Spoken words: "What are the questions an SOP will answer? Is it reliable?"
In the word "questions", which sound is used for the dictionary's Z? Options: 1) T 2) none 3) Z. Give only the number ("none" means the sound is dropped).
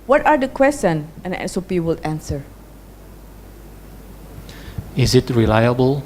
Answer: 2